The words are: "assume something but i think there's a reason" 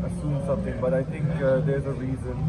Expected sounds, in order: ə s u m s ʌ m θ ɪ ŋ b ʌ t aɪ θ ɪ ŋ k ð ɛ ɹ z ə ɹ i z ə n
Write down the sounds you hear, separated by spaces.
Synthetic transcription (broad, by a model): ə s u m s ʌ m θ ɪ ŋ b ʌ t aɪ θ ɪ ŋ k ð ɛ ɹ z ə ɹ i z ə n